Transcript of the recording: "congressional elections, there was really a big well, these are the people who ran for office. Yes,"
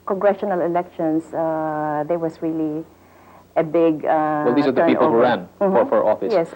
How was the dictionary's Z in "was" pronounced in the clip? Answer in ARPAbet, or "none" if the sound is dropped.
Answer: S